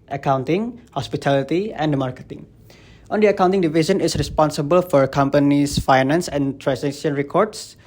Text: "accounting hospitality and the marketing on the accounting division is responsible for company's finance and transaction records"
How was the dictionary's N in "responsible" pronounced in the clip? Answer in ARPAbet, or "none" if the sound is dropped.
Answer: N